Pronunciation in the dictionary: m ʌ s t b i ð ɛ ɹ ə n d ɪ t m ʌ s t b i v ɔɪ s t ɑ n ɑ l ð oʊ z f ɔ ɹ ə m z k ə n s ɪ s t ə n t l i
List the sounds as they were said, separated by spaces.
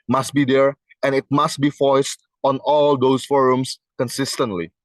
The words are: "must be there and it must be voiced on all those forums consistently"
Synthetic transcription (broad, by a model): m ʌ s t b i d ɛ ɹ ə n ɪ t m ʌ s t b i f ɔɪ s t ɑ n ɑ l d oʊ s f ɔ ɹ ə m s k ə n s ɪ s t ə n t l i